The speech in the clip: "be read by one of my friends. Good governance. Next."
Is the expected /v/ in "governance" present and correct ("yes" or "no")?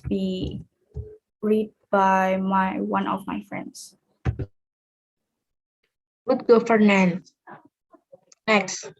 no